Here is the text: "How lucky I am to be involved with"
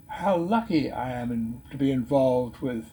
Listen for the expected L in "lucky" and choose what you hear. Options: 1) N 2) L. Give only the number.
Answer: 2